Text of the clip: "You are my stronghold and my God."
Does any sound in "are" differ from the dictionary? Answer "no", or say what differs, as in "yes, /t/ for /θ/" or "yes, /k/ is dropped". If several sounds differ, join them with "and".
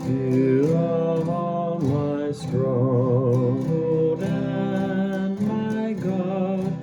yes, /l/ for /ɹ/